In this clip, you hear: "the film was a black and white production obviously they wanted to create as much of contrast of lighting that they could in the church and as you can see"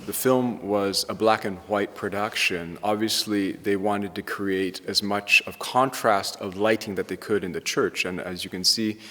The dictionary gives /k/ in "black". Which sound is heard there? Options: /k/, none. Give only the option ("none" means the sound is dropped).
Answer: /k/